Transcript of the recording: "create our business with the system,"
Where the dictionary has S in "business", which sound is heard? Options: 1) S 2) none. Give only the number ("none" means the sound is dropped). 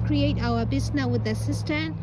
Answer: 2